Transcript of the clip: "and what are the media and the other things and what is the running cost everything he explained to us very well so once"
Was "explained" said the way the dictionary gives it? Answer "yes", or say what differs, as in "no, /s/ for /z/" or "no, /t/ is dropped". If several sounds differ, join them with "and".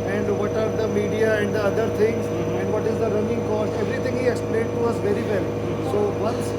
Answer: no, /n/ is dropped